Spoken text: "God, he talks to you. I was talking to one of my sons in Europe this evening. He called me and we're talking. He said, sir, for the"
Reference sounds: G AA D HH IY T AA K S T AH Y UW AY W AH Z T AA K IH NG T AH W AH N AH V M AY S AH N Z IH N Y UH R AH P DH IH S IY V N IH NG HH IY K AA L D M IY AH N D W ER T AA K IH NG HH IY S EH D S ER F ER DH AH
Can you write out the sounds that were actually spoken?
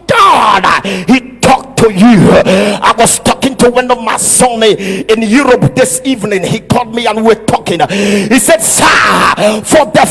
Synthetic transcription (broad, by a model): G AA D HH IY T AA K T AH Y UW AY W AH Z T AA K IH NG T AH W AH N AH V M AY S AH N IH N Y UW R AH P DH IH S IY V N IH NG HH IY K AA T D M IY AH N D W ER T AA K IH NG HH IY S EH D S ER F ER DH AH